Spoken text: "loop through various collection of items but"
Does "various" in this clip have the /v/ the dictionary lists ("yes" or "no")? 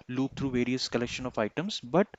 yes